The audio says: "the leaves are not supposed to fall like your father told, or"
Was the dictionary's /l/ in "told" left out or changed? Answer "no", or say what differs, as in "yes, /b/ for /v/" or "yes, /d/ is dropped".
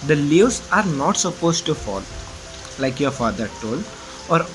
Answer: no